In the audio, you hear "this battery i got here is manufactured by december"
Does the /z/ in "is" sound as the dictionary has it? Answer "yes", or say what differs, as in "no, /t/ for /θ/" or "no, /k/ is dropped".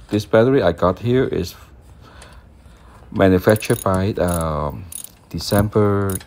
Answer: no, /s/ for /z/